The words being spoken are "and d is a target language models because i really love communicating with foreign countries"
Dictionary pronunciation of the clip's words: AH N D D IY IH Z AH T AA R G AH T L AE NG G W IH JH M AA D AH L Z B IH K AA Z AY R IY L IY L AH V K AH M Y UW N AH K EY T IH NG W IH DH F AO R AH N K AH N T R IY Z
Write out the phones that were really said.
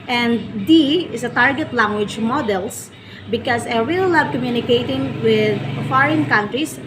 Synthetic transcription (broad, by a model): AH N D D IY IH S AH T AA R G AH T L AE NG G W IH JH M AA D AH L S B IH K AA S AY R IY L IY L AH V K AH M Y UW N AH K EY T IH NG W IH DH F AO R AH N K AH N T R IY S